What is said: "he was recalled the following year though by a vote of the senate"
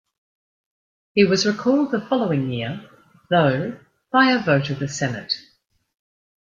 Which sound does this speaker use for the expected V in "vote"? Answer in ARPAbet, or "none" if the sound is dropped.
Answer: V